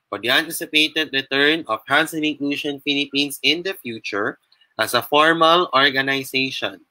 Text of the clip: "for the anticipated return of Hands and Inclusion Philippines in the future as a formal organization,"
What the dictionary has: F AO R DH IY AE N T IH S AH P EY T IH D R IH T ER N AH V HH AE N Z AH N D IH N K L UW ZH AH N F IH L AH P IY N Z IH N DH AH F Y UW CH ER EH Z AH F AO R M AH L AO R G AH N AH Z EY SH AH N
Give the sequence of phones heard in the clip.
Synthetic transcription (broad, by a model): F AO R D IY AE N T IH S AH P EY T IH D R IH T ER N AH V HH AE N S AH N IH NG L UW SH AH N F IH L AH P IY N S IH N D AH F Y UW CH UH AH S AH F AO R M AH L AO R G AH N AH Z EY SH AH N